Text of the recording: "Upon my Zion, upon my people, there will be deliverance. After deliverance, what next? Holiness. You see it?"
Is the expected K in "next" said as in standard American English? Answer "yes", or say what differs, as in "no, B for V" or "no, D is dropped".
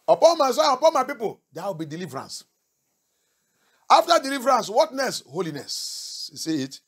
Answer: no, K is dropped